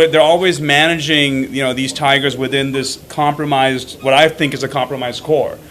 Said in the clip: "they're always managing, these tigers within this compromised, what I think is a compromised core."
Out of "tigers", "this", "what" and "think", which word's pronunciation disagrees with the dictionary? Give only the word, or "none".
none